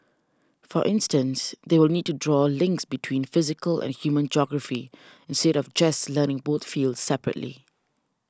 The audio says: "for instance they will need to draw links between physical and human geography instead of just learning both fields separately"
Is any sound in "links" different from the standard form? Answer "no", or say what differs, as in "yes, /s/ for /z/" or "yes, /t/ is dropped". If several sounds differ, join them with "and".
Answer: no